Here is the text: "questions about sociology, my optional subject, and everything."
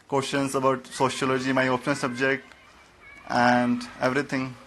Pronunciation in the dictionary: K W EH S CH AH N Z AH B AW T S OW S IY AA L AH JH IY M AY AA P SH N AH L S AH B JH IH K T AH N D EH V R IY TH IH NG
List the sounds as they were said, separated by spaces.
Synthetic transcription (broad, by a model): K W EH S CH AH N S AH B AW T S OW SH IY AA L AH JH IY M AY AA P N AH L S AH B JH IH K T AH N D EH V R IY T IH NG